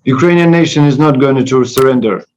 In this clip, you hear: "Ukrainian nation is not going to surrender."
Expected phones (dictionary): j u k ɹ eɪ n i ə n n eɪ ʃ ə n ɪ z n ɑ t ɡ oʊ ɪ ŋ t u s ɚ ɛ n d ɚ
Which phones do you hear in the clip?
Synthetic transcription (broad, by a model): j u k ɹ eɪ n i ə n n eɪ ʃ ə n ɪ z n ɑ t ɡ oʊ ɪ ŋ t u s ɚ ɛ n d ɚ